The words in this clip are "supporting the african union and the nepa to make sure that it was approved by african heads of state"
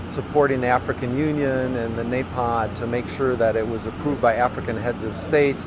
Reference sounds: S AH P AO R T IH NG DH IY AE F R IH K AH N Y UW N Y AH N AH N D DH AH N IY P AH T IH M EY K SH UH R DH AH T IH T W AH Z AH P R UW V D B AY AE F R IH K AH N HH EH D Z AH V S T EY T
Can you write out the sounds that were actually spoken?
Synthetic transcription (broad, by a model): S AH P AO R T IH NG DH IY AE F R IH K AH N Y UW N Y AH N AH N DH AH N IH P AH T IH M EY K SH UH R DH AH T IH T W AH Z AH P R UW V D B AY AE F R IH K AH N HH EH D Z AH V S T EY T